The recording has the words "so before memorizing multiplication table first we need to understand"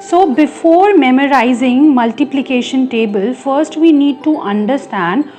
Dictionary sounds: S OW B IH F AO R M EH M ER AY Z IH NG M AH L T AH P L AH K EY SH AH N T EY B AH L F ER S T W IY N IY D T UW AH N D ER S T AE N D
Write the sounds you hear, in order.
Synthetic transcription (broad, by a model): S OW B IH F AO R M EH M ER AY Z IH NG M AH L T AH P L AH K EY SH AH N T EY B AH L F ER S T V IY N IY D T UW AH N D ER S T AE N D